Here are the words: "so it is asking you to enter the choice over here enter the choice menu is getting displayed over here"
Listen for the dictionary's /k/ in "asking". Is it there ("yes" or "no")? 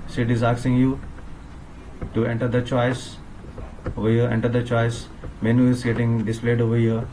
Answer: no